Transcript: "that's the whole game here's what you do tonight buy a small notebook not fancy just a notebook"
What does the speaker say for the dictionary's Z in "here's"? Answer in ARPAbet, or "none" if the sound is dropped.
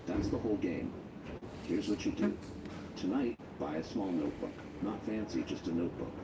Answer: Z